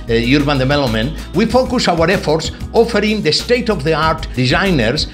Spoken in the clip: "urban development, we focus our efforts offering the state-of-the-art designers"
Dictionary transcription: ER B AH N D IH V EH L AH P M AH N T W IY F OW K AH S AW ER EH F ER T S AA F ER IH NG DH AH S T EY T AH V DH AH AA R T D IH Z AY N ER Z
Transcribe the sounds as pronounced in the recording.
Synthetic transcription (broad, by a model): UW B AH N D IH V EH L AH M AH N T W IY F OW K AH S AW ER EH F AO T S AA F ER IH NG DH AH S T EY T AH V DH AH AA R T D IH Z AY N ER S